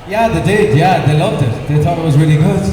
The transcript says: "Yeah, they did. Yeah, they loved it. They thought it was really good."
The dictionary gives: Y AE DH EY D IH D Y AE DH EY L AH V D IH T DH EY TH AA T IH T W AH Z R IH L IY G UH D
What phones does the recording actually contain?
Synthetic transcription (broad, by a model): Y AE DH EY D IH D Y AE DH EY L AH V D IH T DH EY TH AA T IH T W AH Z R IH L IY G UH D